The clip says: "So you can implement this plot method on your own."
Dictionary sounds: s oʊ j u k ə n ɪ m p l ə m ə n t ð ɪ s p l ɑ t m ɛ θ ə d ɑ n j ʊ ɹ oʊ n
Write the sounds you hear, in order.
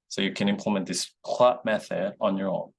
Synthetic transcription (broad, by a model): s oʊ j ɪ k ə n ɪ m p l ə m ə n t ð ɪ s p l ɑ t m ɛ θ ə d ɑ n j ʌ ɹ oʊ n